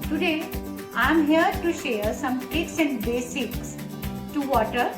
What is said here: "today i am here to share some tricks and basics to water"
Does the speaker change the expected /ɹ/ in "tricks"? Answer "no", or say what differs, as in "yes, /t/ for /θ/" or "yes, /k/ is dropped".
yes, /ɹ/ is dropped